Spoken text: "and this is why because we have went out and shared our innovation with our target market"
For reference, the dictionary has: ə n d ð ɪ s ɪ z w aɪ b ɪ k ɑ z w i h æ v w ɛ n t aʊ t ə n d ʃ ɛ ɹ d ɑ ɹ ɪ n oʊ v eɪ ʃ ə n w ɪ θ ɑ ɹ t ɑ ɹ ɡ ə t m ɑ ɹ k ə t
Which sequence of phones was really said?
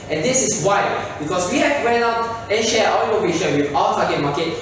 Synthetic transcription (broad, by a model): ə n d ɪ s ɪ s w aɪ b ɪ k ɑ s w i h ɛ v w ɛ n aʊ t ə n ʃ ɛ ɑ w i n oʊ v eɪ ʃ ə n w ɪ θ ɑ w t ɑ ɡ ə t m ɑ k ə t